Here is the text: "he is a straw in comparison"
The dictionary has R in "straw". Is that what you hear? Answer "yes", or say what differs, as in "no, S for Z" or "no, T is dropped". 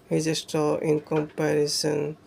no, R is dropped